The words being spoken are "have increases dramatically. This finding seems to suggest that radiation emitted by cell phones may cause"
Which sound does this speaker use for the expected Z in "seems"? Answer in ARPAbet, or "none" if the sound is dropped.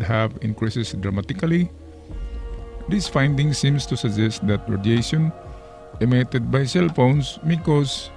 S